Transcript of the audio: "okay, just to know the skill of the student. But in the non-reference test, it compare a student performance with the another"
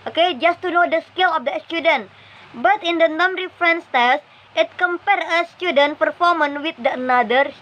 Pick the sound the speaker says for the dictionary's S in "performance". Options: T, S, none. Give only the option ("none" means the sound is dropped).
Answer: none